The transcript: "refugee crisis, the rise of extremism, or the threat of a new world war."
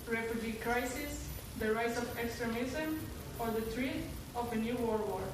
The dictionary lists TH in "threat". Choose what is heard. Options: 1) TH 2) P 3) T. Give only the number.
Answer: 3